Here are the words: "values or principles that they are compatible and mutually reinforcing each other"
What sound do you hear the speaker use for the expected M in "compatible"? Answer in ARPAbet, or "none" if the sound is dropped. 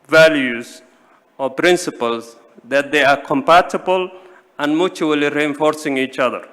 M